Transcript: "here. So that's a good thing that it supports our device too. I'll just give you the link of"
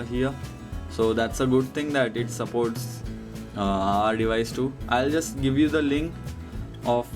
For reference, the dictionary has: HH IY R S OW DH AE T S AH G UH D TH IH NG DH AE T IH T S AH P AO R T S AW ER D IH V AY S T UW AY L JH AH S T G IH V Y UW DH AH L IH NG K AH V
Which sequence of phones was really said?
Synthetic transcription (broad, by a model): HH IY R S OW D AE T S AH G UH D T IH NG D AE T IH T S AH P AO R T S AW ER D IH V AY S T UW AY L JH AH S T G IH V Y UW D AH L IH NG K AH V